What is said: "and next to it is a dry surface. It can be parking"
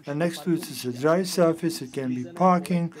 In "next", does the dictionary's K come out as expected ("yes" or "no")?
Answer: yes